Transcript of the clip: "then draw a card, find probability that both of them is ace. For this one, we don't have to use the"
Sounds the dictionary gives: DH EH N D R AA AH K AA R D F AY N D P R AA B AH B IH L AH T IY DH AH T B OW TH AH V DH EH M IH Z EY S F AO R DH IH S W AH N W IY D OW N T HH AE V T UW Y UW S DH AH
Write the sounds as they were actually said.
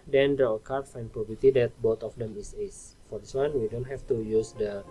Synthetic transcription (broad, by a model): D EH N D AH AH K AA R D F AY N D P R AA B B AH T IY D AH T B OW T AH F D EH M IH S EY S F AO R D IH S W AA N W IY D OW N T HH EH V T UW Y UW S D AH